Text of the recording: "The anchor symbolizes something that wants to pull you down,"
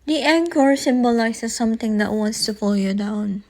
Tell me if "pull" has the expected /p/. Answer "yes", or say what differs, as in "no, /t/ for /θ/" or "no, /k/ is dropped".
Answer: no, /f/ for /p/